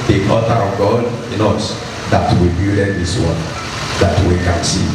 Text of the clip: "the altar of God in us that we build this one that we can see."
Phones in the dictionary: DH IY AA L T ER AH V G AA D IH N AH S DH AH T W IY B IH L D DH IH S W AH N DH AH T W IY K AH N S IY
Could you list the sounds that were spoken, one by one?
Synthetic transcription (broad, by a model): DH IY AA T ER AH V G AA D IH N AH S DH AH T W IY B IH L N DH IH S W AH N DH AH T W IY K AH N S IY